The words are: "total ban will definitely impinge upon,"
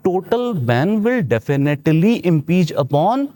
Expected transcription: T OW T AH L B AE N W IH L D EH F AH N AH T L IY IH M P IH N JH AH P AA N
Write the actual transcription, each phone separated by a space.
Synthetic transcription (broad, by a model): T OW T AH L B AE N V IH L D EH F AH N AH T L IY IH M P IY JH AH P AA N